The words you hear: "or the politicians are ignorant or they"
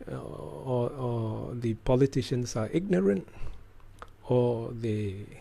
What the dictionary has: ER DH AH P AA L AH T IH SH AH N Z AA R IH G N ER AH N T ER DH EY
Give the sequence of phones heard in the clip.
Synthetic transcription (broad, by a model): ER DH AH P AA L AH T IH SH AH N S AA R IH G N ER AH N T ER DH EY